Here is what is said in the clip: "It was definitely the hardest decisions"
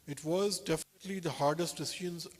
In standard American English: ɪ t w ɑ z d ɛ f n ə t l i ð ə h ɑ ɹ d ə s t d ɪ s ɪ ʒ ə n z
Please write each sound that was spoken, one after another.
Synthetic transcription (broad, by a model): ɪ t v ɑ z d ɛ f n ə t l i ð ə h ɑ ɹ d ə s t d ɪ s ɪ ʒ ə n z